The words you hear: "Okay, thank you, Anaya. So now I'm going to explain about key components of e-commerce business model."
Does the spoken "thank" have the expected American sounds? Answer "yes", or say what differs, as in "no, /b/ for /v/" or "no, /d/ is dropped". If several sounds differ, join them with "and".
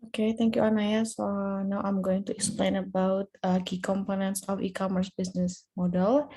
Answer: no, /t/ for /θ/